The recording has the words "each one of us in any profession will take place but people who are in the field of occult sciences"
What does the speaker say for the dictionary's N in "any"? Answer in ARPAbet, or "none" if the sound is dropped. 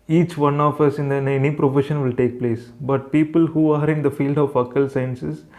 N